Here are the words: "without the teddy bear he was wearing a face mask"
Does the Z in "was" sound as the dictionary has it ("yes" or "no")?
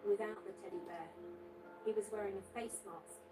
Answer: yes